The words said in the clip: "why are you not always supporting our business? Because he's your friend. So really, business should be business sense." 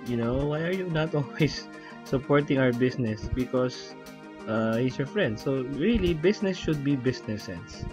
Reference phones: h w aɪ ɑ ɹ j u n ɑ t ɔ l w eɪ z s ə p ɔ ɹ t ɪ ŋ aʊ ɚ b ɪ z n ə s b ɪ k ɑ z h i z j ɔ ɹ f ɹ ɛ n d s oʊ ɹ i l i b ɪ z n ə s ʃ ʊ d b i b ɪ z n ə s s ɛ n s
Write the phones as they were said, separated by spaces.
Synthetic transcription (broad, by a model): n w aɪ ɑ ɹ j u n ɑ t ɔ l w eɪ s ə p ɔ ɹ t ɪ ŋ aʊ ɚ b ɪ s n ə s b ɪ k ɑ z h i s j ɔ ɹ f ɹ ɛ n d s oʊ ɹ i l i b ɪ s n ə s ʃ ʊ d b i b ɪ s n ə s s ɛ n s